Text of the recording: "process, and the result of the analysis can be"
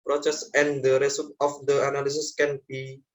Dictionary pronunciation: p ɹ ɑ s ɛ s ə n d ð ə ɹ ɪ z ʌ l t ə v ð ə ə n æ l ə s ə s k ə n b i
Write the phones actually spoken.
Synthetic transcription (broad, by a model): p ɹ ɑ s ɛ s ə n d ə ɹ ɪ s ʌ t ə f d ə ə n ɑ l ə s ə s k ə n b i